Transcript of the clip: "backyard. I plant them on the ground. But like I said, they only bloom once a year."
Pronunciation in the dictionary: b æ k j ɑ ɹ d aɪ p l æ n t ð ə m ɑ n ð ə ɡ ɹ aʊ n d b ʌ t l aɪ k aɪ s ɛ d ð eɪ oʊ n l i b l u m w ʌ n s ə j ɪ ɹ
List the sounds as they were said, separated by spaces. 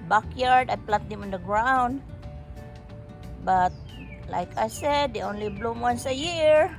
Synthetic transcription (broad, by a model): b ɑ k j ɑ ɹ d aɪ p l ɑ t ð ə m ɑ n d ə ɡ ɹ aʊ n d b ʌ t l aɪ k aɪ s ɛ d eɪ oʊ n l i b l u m w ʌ n s ə j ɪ ɹ